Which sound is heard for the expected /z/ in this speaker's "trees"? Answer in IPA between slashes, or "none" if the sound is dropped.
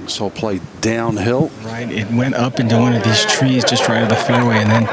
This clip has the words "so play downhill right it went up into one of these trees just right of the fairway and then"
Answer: /z/